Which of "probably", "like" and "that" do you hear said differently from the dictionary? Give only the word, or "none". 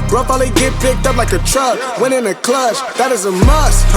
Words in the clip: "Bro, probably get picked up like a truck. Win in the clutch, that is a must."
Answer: probably